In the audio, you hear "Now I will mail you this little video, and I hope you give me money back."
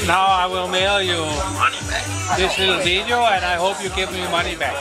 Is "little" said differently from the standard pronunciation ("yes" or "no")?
yes